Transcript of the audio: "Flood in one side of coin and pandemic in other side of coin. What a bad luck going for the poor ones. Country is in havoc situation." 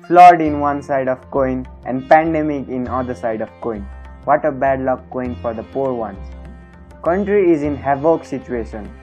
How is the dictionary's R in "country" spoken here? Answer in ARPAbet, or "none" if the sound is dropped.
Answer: R